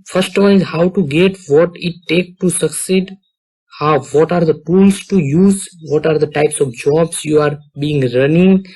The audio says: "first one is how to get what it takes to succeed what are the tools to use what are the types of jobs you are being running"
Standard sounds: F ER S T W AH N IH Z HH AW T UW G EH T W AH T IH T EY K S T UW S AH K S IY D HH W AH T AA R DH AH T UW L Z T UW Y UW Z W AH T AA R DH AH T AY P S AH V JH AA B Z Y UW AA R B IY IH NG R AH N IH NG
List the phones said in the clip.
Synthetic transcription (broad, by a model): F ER S T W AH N IH Z HH AW T UW G EH T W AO T IH T EY K T UW S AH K S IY D HH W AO T AA R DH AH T UW L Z T UW Y UW Z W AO T AA R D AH T AY P S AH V JH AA B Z Y UW AA R B IY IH NG R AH N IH NG